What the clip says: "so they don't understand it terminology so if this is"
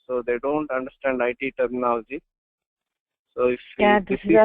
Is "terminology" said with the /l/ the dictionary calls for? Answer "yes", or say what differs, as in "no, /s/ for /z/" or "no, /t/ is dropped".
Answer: no, /l/ is dropped